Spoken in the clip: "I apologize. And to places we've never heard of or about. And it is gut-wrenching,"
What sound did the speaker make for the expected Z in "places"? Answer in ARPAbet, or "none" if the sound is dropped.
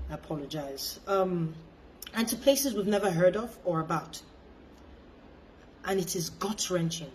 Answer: Z